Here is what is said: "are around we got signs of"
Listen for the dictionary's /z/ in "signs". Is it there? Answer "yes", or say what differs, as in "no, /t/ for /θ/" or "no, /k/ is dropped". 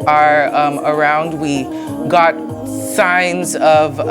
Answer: yes